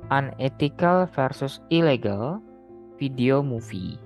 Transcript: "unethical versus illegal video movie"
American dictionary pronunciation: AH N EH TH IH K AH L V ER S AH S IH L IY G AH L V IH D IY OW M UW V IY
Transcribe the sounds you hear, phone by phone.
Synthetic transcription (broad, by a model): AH N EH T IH K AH L F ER S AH S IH L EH G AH L F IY D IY OW M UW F IY